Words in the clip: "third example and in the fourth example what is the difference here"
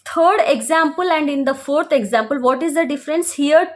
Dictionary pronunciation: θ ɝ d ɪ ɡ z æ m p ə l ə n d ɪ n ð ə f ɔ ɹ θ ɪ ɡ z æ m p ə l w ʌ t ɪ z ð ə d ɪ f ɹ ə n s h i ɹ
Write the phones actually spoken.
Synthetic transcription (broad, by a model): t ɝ d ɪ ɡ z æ m p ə l ə n d ɪ n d ə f ɔ ɹ t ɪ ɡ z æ m p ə l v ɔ t ɪ z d ə d ɪ f ɹ ə n s h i ɹ